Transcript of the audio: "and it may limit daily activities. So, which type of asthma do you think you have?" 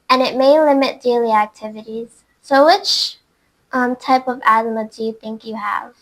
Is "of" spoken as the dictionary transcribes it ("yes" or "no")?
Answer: yes